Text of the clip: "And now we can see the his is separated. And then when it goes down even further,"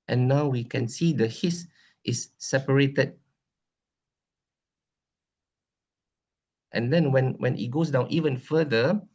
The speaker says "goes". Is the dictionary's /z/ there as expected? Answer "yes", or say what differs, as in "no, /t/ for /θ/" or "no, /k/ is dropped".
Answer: no, /s/ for /z/